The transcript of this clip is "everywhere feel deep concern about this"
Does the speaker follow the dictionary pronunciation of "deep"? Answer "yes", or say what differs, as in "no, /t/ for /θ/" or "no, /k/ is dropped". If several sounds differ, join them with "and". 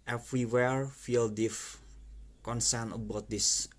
no, /f/ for /p/